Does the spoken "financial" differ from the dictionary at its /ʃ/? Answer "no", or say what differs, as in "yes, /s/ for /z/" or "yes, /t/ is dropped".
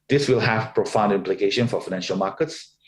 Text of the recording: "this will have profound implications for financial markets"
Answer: no